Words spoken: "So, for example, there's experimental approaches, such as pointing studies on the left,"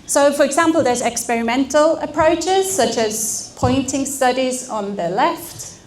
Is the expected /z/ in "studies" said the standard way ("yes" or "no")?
yes